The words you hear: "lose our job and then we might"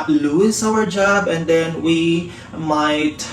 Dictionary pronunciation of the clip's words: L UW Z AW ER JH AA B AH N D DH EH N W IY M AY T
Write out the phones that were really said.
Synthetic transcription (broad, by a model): L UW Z AW ER JH AA B AH N D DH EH N W IY M AY T